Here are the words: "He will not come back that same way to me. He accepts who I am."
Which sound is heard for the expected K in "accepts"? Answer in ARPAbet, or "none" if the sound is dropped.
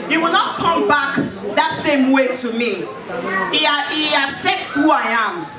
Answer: none